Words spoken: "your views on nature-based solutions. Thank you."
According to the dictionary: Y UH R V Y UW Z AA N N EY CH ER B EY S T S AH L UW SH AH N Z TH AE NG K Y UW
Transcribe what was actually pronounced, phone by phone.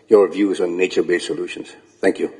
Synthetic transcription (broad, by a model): Y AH R V Y UW Z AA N N EY CH ER B EY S S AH L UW SH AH N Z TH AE NG K Y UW